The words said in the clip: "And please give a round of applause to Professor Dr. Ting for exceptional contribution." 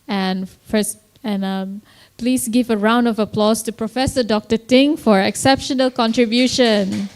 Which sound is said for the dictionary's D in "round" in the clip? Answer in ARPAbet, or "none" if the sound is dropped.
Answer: D